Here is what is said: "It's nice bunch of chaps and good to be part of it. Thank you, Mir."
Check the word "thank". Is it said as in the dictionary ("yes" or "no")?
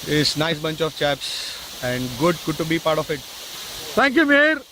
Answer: no